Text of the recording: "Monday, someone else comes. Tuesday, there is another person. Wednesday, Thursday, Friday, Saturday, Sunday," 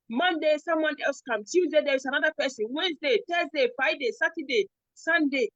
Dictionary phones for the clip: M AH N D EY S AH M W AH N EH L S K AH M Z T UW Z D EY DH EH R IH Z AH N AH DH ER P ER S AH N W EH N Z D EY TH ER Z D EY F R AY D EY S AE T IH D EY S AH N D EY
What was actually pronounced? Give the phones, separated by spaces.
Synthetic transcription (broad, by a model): M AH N D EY S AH M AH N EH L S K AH M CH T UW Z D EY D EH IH S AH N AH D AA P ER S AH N W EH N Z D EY T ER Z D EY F AY D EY S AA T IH D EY S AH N D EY